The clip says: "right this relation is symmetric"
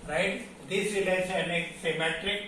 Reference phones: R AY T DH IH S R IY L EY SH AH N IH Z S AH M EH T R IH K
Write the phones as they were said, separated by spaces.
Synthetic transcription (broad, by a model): R AY T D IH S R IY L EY S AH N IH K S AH M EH T R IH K